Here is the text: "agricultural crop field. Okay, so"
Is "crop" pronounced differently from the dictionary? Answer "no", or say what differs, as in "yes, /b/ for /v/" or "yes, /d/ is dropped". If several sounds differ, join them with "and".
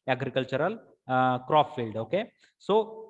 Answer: yes, /f/ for /p/